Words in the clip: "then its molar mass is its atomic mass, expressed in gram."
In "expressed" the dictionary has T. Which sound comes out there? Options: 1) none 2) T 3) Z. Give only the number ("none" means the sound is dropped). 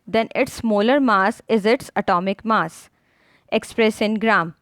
1